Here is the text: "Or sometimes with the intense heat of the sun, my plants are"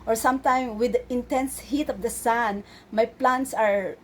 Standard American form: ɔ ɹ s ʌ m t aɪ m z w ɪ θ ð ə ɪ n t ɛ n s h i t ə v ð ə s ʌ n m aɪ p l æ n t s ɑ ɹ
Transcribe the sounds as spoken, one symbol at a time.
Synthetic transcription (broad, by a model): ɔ ɹ s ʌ m t aɪ m w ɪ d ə ɪ n t ɛ n s h i t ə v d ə s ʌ n m aɪ p l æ n t s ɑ ɹ